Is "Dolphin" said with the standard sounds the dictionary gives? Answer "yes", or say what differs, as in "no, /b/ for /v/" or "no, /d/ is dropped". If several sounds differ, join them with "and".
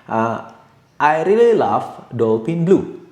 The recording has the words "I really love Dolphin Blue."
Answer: no, /p/ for /f/